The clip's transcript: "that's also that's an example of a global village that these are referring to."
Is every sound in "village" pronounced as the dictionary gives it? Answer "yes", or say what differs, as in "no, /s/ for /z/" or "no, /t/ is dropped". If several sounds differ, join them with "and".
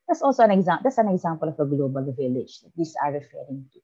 yes